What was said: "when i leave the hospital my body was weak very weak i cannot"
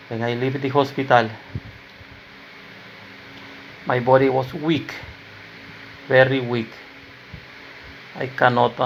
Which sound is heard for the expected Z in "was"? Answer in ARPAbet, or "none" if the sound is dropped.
S